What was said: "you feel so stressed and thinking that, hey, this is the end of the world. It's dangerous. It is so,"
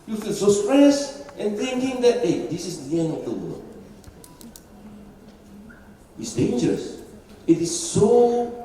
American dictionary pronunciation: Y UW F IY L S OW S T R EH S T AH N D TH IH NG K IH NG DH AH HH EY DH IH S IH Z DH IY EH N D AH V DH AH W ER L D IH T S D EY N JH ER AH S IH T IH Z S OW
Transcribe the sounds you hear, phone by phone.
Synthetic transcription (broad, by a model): Y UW F IY L S OW S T R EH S T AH N TH IH NG K IH NG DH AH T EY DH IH S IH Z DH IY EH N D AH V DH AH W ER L IH T S D EY N JH ER AH S IH T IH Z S OW